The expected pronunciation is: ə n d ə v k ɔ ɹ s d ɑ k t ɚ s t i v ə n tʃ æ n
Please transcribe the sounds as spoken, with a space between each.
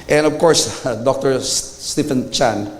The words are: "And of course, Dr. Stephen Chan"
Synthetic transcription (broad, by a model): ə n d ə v k ɔ ɹ s d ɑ k t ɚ s t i f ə n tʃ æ n